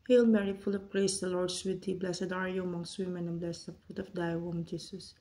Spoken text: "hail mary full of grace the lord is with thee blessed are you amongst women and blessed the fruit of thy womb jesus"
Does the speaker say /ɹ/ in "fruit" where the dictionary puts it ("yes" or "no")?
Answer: no